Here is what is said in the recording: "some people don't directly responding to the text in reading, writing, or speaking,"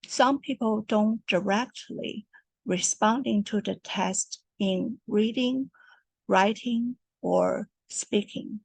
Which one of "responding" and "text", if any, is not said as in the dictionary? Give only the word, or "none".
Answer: text